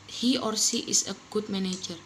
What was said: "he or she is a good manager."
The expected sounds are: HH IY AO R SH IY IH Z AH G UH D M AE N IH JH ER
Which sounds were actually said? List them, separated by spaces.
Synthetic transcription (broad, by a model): HH IY AO R S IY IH S AH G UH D M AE N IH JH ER